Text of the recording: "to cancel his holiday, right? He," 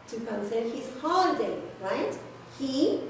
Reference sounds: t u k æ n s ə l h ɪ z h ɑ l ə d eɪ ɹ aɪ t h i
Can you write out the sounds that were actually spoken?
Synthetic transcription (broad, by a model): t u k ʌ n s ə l h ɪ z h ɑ ə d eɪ ɹ aɪ t h i